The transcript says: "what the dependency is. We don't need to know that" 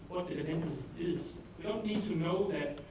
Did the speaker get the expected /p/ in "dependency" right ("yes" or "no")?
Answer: no